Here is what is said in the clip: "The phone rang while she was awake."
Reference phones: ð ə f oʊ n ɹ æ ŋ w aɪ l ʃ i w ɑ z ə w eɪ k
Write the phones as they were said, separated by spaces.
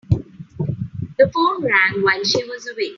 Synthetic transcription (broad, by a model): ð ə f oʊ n ɹ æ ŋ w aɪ n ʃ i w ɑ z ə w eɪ